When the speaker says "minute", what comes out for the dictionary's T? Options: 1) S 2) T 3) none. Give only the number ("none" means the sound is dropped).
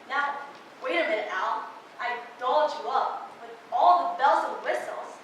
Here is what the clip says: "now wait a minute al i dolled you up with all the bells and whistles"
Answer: 3